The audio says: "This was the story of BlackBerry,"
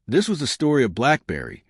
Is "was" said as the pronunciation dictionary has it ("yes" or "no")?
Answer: yes